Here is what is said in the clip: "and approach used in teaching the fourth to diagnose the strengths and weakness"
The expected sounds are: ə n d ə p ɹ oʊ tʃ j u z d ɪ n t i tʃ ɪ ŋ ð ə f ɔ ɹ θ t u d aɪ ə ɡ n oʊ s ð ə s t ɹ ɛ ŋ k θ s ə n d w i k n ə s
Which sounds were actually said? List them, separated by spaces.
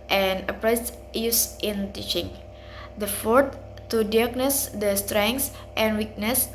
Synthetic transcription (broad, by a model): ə n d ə p ɹ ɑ s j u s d ɪ n t i tʃ ɪ ŋ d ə f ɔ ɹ t t u d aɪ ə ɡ n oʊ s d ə s t ɹ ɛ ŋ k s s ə n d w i k n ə s